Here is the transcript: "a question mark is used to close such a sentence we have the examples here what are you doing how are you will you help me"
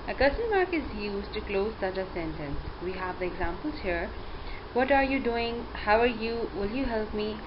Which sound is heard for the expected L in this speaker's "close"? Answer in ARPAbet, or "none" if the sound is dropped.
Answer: L